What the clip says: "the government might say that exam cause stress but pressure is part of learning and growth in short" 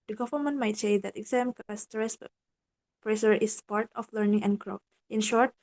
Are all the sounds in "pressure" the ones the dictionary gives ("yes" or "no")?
no